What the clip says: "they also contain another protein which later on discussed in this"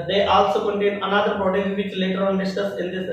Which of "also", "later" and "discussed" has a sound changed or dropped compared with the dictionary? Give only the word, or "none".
discussed